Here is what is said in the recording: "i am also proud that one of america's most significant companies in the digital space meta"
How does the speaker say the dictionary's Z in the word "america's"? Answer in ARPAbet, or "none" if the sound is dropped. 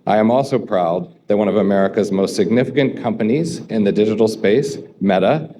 Z